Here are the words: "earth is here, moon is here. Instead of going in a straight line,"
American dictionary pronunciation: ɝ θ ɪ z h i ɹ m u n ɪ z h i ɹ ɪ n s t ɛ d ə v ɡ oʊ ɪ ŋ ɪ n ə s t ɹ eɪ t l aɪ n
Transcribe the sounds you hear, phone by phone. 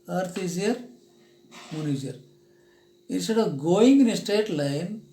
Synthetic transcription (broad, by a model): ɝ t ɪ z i ɹ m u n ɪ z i ɹ ɪ n s t ɛ d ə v ɡ oʊ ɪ ŋ ɪ n ə s t eɪ t l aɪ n